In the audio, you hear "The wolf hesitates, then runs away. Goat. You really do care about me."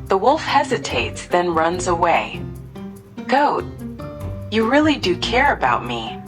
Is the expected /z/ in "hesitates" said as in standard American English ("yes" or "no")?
yes